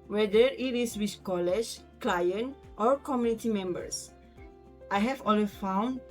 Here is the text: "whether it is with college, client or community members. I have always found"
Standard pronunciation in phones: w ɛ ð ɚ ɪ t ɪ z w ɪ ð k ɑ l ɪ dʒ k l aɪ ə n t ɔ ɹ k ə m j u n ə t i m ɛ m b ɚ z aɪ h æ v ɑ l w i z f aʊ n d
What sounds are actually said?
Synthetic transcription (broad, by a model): w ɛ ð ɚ ɪ t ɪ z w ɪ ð k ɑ l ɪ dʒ k l aɪ ə n t ɔ ɹ k ə m j u n ə t i m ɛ m b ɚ s aɪ h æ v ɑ l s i f aʊ n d